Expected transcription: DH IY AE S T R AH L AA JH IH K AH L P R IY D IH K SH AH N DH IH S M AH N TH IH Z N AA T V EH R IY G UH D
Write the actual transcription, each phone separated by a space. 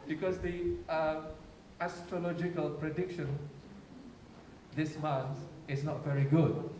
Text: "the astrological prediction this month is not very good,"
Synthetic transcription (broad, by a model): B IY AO S T R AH L AA JH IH K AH L P R IY D IH K SH AH N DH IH S M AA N S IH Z N AA T V EH R IY G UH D